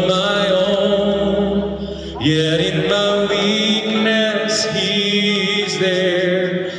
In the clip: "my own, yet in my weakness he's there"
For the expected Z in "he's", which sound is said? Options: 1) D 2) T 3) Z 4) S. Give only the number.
3